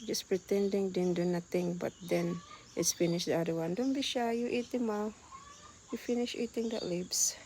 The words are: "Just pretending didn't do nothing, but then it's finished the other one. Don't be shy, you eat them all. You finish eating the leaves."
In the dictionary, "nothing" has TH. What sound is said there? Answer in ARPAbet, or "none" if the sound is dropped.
T